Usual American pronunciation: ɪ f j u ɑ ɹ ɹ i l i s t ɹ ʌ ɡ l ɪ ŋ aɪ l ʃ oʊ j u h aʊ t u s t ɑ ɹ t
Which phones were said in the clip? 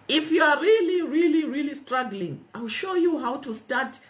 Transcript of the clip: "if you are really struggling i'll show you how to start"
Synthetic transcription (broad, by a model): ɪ f j u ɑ ɹ ɹ i l i s t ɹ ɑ ɡ l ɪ ŋ aɪ l ʃ oʊ j u h aʊ t u s t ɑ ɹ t